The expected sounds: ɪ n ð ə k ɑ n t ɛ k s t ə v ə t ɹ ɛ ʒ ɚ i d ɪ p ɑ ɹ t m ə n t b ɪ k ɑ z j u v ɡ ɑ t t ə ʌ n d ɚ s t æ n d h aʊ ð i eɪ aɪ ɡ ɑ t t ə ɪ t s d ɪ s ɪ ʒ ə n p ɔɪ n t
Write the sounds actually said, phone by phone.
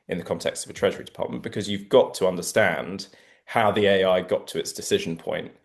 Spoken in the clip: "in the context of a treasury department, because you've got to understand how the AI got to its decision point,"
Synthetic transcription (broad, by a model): ɪ n ð ə k ɑ n t ɛ k s t ə v ə t ɹ ɛ ʒ ɚ i d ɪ p ɑ t m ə n b ɪ k ɑ z j u v ɡ ɑ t t ə ʌ n d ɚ s t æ n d h aʊ ð i eɪ aɪ ɡ ɑ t t ə ɪ t s d ɪ s ɪ ʒ ə n p ɔɪ n t